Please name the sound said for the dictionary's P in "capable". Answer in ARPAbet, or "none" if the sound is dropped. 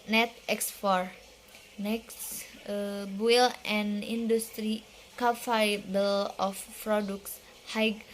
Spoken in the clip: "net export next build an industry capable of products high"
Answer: F